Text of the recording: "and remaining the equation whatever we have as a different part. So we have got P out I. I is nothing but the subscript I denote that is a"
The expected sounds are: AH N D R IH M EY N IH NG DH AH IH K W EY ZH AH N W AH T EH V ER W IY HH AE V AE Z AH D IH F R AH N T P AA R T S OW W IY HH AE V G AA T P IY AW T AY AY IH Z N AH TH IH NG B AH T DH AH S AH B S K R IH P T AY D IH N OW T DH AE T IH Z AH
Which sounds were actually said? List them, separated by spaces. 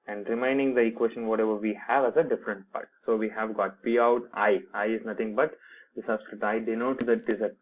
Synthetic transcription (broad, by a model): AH N D R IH M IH N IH NG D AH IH K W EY SH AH N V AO T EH V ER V IY HH AE V AE Z AH D IH F R AH N T P AA R T S OW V IY HH AE V G AA T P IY AW T AY AY IH Z N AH T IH NG B AH T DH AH S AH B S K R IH T AY D IH N OW T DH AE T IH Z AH